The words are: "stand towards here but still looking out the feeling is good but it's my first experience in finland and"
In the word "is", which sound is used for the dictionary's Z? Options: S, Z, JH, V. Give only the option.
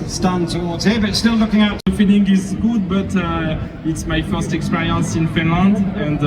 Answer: Z